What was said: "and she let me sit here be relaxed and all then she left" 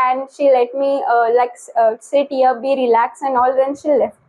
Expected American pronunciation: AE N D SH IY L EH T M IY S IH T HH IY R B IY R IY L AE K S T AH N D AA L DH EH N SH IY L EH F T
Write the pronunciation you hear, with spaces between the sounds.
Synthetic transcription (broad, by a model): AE N D SH IY L EH T M IY S IH T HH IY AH B IY R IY L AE K S AH N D AA L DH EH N SH IY L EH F